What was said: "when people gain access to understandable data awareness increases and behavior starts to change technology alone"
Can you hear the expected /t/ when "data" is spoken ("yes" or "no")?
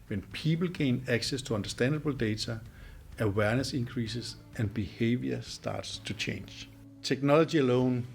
no